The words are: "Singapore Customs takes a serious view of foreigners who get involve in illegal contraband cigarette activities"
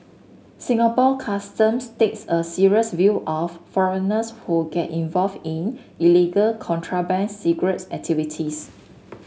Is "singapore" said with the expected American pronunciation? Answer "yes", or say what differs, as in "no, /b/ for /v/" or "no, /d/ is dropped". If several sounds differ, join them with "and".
no, /l/ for /ɹ/